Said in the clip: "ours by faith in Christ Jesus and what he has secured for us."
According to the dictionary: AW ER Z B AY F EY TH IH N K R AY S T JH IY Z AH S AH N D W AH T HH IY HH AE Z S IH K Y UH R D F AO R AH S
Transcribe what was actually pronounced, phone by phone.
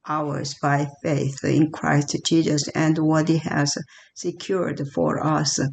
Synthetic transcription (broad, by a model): AW ER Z B AY F EY TH IH N K R AY S T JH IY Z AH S AH N D W AH T HH IY HH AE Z S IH K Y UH R D F AO R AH S